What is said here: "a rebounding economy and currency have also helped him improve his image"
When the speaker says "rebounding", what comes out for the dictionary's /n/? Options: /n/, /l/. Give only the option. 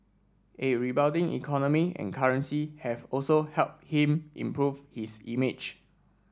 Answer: /l/